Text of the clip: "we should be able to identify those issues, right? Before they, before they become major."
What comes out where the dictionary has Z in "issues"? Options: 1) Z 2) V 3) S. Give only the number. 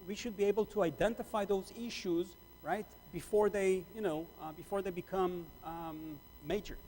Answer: 1